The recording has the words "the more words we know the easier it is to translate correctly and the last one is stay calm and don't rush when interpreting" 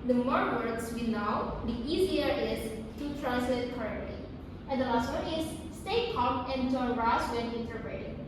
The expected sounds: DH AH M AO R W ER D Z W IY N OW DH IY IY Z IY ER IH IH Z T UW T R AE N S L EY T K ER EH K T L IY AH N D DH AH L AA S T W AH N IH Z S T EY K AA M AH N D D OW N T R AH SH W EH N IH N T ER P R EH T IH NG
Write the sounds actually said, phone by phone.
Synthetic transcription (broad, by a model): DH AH M AO R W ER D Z W IY N OW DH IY IY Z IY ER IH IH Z T UW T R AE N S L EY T K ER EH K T L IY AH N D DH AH L AA S T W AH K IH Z S T EY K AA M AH N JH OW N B R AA S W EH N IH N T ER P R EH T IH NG